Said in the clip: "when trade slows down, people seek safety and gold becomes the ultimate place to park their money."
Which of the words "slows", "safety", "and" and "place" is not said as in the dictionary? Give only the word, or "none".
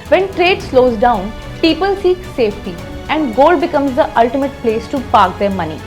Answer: none